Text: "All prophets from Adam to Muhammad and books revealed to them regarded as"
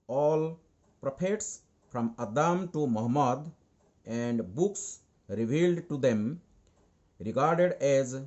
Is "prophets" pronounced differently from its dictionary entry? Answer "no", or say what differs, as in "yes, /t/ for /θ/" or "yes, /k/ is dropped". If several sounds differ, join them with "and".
yes, /p/ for /f/